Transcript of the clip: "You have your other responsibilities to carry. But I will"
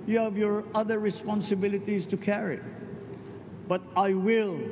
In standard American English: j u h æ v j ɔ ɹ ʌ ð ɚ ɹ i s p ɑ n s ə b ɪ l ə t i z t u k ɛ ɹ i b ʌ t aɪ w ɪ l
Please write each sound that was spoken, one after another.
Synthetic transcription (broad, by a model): j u h æ v j ɔ ɹ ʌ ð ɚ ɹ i s p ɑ n s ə b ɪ l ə t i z t u k ɛ ɹ i b ʌ t aɪ w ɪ l